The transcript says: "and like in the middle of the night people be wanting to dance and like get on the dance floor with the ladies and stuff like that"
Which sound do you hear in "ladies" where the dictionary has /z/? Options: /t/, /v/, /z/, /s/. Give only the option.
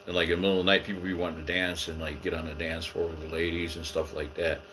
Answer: /z/